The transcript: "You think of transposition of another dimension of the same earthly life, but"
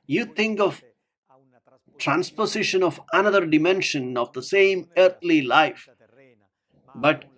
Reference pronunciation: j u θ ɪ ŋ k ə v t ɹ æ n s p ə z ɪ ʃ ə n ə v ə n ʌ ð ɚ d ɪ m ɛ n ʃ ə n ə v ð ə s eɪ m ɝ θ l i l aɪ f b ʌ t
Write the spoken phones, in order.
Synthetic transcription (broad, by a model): j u t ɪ ŋ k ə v t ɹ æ n s p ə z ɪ ʃ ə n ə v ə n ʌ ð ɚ d ɪ m ɛ n ʃ ə n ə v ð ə s eɪ m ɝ t l i l aɪ f b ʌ t